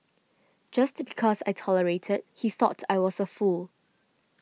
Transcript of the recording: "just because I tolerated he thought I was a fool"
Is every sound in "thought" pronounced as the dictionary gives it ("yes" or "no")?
yes